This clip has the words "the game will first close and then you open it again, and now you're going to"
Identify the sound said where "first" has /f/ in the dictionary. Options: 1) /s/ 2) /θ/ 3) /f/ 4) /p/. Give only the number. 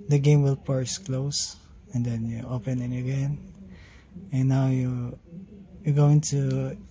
4